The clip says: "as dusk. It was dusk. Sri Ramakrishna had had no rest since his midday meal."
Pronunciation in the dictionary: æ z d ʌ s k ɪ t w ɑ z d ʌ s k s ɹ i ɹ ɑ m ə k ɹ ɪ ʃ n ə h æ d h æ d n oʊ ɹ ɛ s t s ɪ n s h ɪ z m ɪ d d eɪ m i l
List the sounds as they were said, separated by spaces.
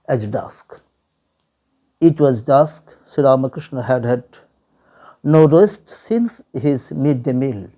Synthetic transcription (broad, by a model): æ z d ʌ s k ɪ t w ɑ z d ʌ s k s i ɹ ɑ m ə k ɹ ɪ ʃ n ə h æ d h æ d n oʊ ɹ ɛ s t s ɪ n s h ɪ z m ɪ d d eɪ m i l